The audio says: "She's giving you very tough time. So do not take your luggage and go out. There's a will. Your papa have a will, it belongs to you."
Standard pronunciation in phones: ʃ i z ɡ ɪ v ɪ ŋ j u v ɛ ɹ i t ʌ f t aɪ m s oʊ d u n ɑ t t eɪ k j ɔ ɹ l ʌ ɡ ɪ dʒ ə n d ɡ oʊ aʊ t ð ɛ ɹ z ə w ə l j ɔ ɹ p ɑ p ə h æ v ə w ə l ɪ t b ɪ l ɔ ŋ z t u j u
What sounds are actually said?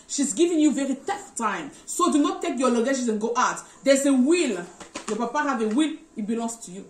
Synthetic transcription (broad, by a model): ʃ i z ɡ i v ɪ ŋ j u v ɛ ɹ i t ʌ f t aɪ m s oʊ d u n ɑ t t eɪ k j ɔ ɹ l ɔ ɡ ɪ ʃ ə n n ɡ oʊ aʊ t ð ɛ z ə w ə l j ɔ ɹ p ɑ p ə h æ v ə w ə l ɪ t b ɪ l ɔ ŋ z t u j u